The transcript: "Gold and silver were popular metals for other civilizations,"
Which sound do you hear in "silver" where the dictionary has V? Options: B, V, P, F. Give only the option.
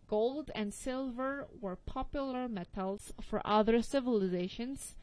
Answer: V